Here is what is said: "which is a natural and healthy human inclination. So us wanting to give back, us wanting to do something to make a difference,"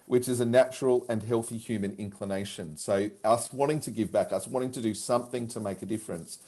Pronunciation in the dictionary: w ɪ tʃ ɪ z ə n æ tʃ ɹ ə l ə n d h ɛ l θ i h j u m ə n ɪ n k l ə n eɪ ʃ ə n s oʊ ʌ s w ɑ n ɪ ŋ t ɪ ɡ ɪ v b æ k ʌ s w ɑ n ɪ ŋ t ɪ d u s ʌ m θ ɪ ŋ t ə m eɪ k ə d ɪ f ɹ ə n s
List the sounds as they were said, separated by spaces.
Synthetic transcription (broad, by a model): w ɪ tʃ ɪ z ə n æ tʃ ɹ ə l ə n h ɛ l θ i h j u m ə n ɪ n k l ə n eɪ ʃ ə n s oʊ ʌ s w ɑ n ɪ ŋ t ɪ ɡ ɪ v b æ k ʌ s w ɑ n ɪ ŋ t ɪ d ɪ s ʌ m θ ɪ ŋ t ə m eɪ k ə d ɪ f ɹ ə n s